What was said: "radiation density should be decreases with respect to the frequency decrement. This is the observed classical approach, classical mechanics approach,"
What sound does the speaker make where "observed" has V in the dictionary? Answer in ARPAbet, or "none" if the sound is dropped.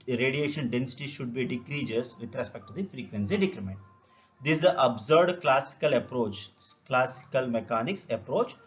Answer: none